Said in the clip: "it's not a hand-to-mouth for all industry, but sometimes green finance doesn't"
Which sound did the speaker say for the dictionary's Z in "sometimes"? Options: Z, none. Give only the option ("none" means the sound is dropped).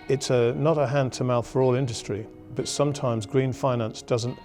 Z